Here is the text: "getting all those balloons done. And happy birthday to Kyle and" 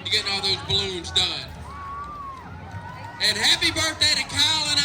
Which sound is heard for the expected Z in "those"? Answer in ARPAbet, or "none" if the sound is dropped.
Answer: Z